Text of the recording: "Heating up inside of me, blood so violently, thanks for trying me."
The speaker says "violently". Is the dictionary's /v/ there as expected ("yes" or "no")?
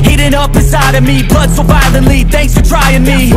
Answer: no